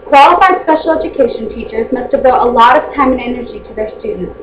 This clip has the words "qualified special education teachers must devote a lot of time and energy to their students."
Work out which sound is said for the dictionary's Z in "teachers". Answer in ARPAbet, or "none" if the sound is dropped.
Z